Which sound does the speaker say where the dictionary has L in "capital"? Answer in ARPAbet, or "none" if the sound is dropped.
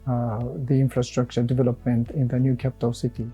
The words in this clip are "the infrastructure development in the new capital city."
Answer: W